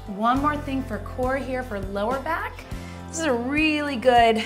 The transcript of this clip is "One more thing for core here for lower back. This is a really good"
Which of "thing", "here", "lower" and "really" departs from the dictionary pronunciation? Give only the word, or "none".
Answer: none